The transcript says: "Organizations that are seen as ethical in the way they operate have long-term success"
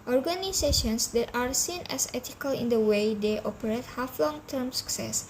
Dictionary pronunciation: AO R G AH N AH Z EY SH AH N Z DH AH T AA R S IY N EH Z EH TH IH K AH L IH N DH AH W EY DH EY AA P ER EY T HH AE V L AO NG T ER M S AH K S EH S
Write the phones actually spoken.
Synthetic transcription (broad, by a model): AO R G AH N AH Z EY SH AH N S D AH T AA R S IY N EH S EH T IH K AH L IH N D AH W EY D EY AA P ER EY T HH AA F L AO NG T ER M S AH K S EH S